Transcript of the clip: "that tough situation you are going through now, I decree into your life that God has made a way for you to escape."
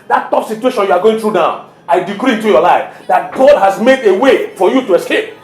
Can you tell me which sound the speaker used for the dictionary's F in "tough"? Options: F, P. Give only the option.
P